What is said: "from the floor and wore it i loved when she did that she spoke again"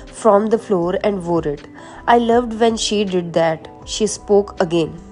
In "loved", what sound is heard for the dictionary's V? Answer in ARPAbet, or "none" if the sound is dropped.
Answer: V